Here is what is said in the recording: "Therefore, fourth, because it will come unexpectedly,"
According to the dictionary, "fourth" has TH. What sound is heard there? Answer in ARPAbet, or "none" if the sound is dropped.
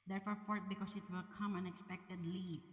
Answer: T